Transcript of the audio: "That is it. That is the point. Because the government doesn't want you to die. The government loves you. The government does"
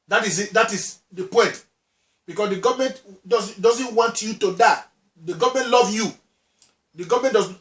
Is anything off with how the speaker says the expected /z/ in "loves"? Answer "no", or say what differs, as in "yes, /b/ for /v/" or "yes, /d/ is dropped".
yes, /z/ is dropped